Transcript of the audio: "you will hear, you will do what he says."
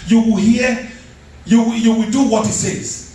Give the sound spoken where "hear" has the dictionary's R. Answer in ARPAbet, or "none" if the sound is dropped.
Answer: W